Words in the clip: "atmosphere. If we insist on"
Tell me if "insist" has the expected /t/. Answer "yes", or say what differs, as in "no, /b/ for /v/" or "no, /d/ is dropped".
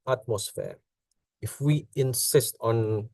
yes